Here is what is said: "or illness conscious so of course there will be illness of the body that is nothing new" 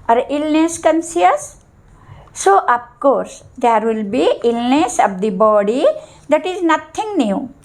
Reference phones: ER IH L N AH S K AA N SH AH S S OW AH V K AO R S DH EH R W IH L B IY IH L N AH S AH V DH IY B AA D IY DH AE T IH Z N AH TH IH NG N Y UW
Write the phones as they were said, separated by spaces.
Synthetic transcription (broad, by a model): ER IH L N AH S K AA N S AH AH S OW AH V K AO R S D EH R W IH L B IY IH L N AH S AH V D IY B AA D IY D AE T IH Z N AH T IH NG N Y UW